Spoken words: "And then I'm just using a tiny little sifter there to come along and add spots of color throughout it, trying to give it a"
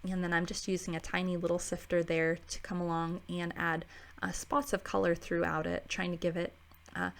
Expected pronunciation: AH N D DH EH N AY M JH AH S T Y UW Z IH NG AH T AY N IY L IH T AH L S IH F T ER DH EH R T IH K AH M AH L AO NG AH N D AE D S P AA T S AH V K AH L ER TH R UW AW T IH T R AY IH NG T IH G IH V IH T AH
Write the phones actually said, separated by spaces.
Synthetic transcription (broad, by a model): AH N DH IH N AY M JH AH S T Y UW Z IH NG AH T AY N IY L IH T L S IH F T ER DH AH R T IH K AH M AH L AO NG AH N AE D S P AA T S AH V K AH L ER TH R UW AW T IH T R AY IH NG T IH G IH V IH T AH